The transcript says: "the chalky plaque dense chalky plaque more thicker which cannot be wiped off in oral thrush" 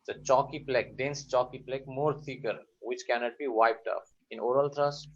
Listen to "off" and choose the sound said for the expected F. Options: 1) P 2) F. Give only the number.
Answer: 1